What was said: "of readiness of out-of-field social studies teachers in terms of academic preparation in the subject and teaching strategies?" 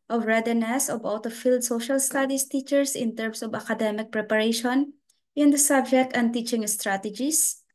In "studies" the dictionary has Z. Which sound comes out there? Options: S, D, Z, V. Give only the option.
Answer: S